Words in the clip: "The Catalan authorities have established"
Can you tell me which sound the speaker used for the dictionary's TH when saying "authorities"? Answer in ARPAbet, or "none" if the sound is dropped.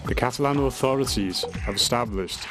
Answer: TH